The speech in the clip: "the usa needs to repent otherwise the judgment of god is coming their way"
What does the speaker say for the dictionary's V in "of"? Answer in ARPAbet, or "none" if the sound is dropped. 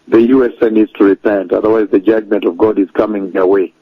V